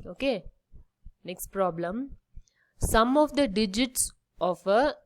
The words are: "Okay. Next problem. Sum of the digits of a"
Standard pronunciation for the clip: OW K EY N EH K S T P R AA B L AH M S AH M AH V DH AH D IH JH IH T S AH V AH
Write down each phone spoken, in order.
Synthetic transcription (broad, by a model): OW K EY N EH K S T P R AA B L AH M S AH M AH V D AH D IH JH IH T S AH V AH